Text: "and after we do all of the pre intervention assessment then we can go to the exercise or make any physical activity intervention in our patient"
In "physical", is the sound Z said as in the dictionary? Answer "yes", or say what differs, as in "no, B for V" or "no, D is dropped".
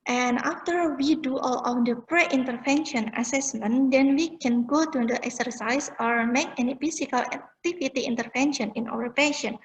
no, S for Z